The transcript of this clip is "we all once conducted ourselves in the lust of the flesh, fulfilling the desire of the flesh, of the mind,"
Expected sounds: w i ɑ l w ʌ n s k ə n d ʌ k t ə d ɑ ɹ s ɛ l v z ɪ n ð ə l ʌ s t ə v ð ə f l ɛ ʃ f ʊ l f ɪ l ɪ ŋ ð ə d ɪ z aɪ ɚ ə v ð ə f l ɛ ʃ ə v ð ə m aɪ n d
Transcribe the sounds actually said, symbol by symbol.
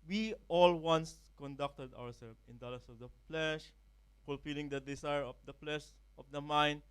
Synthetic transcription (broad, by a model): w i ɑ l w ʌ n s k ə n d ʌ k t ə d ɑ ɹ s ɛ l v ɪ n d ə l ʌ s ə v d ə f l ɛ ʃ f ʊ l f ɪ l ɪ ŋ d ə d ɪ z aɪ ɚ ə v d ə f l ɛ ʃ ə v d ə m aɪ n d